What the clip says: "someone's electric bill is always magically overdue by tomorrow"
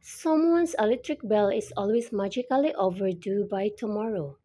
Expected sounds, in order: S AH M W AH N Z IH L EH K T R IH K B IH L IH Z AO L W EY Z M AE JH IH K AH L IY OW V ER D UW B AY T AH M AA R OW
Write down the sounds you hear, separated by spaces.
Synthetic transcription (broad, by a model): S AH M W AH N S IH L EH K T R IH K B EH L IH S AO L W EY S M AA JH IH K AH L IY OW V ER D UW B AY T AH M AA R OW